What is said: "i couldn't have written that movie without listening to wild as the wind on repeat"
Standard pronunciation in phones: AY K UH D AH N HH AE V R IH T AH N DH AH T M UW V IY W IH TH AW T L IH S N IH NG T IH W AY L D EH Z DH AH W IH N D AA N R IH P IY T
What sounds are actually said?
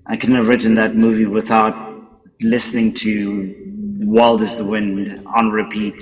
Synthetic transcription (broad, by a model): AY K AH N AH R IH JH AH N DH AH T M UW V IY W IH TH AW T L IH S N IH NG T IH W AY L D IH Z DH AH W IH N D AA N R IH P IY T